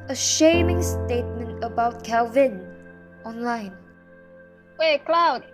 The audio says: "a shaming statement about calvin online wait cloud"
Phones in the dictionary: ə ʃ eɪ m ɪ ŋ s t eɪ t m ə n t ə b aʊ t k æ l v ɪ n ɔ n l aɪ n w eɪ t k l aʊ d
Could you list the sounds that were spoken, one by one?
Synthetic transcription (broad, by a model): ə ʃ eɪ m ɪ ŋ s t eɪ t m ə n t ə b aʊ t k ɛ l v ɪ n ɔ n l aɪ n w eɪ k l aʊ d